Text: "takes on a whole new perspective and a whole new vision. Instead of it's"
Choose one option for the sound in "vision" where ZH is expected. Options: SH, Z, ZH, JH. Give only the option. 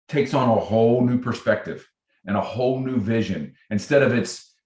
ZH